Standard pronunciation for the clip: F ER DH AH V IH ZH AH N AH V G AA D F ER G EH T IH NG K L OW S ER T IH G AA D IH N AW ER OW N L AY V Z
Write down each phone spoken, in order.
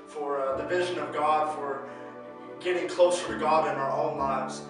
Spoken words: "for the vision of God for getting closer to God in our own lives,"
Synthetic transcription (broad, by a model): F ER DH AH V IH ZH AH N AH V G AA D F ER G EH T IH NG K L OW S ER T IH G AA D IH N AW ER OW N L AY V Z